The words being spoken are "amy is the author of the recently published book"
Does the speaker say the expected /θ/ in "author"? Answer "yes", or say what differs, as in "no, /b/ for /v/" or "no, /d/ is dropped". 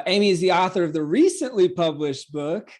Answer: yes